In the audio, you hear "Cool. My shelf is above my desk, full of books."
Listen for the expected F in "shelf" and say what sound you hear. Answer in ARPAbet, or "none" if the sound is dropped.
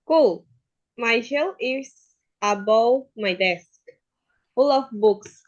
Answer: none